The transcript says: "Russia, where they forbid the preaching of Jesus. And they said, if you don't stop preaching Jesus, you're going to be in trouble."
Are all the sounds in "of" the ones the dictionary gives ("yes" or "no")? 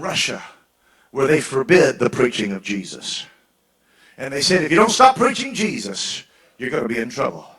yes